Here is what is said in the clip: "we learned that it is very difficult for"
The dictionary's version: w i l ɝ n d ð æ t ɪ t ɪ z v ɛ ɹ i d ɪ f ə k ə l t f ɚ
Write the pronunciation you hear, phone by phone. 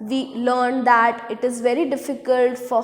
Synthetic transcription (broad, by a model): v i l ɝ n d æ t ɪ t ɪ z v ɛ ɹ i d ɪ f ə k ə l t f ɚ